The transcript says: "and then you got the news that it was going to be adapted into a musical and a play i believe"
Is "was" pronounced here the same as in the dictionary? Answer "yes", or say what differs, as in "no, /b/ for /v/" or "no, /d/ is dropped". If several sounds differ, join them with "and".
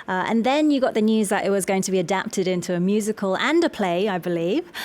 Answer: yes